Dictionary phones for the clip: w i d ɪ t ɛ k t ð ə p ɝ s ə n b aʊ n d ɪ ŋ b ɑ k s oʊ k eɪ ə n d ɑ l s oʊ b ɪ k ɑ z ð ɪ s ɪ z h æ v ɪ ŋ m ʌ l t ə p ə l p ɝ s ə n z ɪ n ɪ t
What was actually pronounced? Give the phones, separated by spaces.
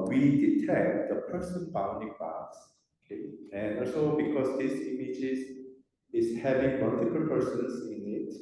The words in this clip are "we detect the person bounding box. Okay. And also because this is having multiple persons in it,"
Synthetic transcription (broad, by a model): w i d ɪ t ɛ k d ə p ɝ s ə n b aʊ n d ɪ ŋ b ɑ s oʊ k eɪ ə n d ɑ l s oʊ b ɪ k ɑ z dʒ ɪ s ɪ s h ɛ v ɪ ŋ m ʌ l t ə p ə l p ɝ s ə n s ɪ n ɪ t